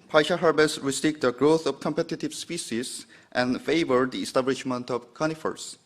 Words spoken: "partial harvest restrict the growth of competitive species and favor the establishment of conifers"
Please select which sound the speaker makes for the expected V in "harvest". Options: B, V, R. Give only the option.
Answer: B